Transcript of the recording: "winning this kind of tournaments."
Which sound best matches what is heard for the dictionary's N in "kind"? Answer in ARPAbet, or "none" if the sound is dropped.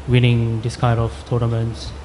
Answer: none